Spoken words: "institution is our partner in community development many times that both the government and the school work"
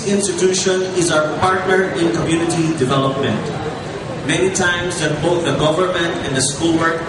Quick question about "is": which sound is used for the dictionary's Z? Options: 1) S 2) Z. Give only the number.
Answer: 2